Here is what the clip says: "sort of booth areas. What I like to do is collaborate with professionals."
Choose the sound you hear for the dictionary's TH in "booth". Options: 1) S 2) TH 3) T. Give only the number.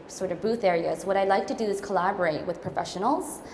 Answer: 2